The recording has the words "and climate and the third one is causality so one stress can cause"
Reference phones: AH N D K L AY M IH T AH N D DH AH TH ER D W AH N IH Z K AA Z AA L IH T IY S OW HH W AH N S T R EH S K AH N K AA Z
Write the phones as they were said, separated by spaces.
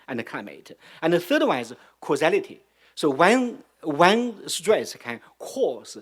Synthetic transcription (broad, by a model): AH N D K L AY M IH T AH N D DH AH TH ER D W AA IH Z K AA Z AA L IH T IY S OW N W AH N S T R EH S K AH N K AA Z